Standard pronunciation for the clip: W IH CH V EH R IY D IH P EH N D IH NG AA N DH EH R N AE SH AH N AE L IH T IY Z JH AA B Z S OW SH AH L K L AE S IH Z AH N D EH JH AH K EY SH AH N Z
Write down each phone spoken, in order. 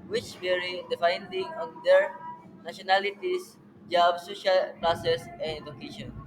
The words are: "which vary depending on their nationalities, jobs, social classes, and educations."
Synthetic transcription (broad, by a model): W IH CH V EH R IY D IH F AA N D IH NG AA N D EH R N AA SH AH N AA L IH T IY S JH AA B S OW SH AH L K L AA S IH S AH N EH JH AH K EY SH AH N